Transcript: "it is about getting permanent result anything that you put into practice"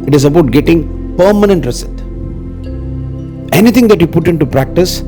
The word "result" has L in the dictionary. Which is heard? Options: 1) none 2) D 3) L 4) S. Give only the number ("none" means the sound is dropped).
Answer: 1